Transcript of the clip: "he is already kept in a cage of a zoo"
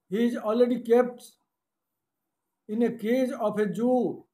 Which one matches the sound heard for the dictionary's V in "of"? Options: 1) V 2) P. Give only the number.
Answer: 2